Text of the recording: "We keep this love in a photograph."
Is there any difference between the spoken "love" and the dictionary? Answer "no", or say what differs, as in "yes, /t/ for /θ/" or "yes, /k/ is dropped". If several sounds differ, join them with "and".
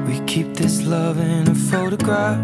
no